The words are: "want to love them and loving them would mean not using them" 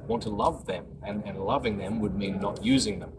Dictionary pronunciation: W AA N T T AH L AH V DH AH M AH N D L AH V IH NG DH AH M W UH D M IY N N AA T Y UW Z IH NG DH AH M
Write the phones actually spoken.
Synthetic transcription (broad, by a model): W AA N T T AH L AH V DH AH M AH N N L AH V IH NG DH AH M W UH D M IY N N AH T Y UW Z IH NG DH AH M